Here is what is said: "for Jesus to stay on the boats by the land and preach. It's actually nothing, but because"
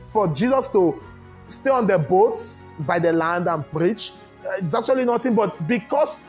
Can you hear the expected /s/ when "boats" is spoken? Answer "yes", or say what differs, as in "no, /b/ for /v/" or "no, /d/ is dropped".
yes